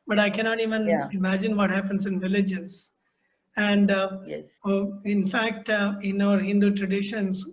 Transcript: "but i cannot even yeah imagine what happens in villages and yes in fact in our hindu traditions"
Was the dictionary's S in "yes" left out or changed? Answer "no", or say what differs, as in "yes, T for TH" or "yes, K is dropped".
yes, S is dropped